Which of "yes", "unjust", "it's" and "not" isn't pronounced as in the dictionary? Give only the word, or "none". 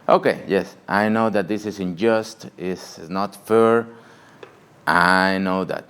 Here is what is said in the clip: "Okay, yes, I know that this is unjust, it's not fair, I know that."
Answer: it's